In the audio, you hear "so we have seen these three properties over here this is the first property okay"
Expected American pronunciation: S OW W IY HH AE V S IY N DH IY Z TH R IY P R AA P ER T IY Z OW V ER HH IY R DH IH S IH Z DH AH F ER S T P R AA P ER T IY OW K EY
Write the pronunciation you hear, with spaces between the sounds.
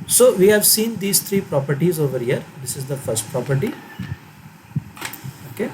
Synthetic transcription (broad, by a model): S OW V IY HH AE V S IY N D IY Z T R IY P R AA P ER T IY Z OW V ER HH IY R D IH S IH Z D AH F ER S T P R AA P ER T IY OW K EY